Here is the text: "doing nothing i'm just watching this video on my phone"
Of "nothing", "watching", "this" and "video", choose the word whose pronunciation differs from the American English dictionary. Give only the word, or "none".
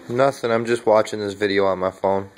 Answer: none